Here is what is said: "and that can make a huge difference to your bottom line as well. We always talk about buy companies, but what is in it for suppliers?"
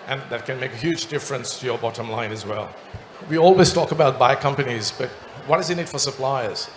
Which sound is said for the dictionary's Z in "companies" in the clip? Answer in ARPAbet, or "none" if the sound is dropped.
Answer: Z